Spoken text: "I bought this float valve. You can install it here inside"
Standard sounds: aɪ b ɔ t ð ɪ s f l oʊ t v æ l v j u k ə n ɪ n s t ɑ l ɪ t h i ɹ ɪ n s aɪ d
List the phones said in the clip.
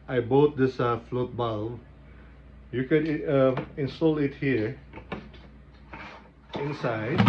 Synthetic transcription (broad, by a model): aɪ b ɔ t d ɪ s f l oʊ t b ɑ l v j u k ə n ɪ n s t ɑ l ɪ t h i ɹ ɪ n s aɪ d